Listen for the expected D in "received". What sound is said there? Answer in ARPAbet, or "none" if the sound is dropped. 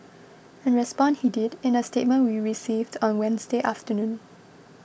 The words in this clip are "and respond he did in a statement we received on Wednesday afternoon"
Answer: D